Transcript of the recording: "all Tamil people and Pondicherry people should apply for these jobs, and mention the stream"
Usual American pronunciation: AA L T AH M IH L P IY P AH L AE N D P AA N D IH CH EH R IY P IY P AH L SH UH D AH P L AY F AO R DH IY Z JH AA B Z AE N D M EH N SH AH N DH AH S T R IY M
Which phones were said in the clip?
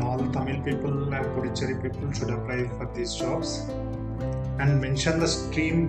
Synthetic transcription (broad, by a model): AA L T AH M IH L P IY P AH L AE N D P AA D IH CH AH R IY P IY P AH L SH UH D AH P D AY F AO R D IY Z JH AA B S AE N D M EH N SH AH N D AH S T R IY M